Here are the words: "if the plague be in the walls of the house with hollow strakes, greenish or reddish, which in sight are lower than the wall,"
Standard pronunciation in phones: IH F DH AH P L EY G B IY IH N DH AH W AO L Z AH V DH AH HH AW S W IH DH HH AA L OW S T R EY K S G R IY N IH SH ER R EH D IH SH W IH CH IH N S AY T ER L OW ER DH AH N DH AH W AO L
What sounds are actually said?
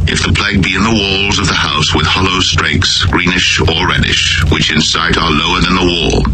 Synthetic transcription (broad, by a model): IH F DH AH P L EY G B IY IH N DH AH W AO L Z AH V DH AH HH AW S W IH DH HH AA L OW S T R EY K S G R IY N IH SH ER R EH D IH SH W IH CH IH N S AY T ER L OW ER DH AH N DH AH W AO L